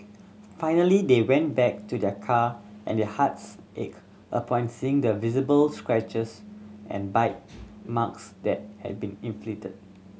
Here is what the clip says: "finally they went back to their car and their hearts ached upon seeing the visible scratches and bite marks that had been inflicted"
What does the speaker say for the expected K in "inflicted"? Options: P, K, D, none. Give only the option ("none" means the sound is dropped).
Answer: none